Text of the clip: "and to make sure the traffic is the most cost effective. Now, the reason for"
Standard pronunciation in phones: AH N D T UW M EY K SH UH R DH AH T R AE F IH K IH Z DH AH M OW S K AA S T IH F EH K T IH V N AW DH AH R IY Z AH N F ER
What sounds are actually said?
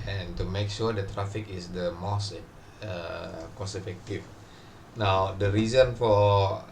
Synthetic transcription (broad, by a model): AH N T UW M EY K SH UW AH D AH T R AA F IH K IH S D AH M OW S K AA S IH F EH K T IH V N AW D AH R IY Z AH N F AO